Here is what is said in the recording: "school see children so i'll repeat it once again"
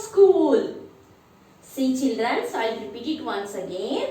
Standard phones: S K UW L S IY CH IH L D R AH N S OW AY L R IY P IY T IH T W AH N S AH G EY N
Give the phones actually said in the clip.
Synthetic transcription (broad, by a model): S K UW L S IY CH IH L D R AH N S AY L R IY P IY T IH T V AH N S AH G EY N